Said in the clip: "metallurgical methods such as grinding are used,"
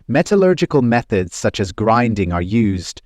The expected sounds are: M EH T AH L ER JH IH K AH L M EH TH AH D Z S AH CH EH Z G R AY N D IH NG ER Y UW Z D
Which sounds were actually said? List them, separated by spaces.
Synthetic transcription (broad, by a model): M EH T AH L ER JH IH K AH L M EH TH AH D Z S AH CH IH Z G R AY N D IH NG ER Y UW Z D